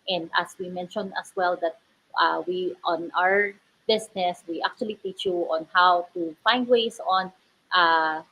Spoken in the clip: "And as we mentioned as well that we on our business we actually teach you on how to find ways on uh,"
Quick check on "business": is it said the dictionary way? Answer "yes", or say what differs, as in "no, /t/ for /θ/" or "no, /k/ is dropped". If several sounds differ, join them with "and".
no, /s/ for /z/